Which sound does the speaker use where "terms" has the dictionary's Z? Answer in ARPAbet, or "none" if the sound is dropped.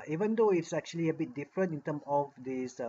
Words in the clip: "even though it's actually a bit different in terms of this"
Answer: none